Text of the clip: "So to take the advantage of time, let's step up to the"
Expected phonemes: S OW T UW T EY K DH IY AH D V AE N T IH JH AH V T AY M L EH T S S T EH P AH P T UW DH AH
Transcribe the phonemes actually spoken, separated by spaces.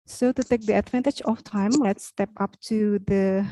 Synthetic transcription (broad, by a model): S OW T UW T EY K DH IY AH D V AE N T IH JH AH F T AY M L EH T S S T EH P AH P T UW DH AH